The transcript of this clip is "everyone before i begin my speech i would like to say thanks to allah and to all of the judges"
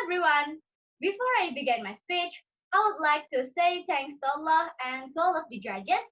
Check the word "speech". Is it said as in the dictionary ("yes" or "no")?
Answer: yes